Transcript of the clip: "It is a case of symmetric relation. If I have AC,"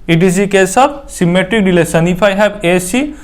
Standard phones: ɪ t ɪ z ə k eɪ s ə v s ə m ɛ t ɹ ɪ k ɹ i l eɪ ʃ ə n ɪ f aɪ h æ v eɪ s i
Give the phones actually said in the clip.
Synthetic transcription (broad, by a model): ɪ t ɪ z ə k eɪ s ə b s ə m ɛ t ɹ ɪ k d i l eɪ s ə n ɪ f aɪ h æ b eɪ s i